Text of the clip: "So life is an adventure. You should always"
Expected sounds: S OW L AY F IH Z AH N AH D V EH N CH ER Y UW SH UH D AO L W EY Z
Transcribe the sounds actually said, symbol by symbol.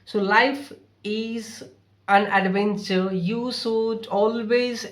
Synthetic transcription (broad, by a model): S OW L AY F IH Z AH N AH D V EH N CH ER Y UW S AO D AO L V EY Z